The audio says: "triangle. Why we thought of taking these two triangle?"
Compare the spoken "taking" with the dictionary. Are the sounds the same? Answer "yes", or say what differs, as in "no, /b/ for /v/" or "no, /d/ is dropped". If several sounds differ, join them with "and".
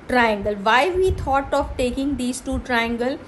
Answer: yes